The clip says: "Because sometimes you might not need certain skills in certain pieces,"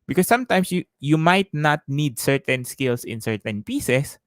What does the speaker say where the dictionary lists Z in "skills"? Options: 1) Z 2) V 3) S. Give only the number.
3